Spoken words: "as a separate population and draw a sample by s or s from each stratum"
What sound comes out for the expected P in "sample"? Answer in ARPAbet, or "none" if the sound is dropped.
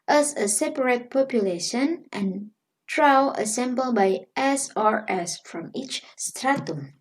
B